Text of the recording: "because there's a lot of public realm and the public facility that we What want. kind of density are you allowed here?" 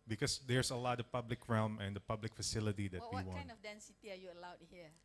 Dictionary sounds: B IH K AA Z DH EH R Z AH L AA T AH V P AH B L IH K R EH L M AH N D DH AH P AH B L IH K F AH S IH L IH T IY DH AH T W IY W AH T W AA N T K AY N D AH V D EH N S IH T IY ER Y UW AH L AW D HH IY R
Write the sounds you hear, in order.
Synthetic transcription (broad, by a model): B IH K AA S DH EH R S AH L AA T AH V P AH B L IH K R EH L M AH N D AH P AH B L IH K F AH S IH L IH T IY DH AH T W IY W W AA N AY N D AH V D EH N S IH T IY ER Y UW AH L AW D HH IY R